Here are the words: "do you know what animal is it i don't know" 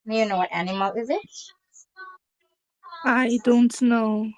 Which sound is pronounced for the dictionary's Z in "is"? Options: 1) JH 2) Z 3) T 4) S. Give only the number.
2